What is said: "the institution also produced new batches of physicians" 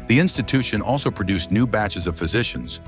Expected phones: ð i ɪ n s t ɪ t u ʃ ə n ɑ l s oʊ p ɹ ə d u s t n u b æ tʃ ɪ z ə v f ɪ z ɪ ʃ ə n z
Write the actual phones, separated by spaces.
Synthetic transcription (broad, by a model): ð i ɪ n s t ɪ t u ʃ ə n ɑ l s oʊ p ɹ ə d u s n u b æ tʃ ɪ z ə v f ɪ z ɪ ʃ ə n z